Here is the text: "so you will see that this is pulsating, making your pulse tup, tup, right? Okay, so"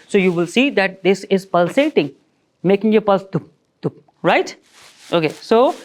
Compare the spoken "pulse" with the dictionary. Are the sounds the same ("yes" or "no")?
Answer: yes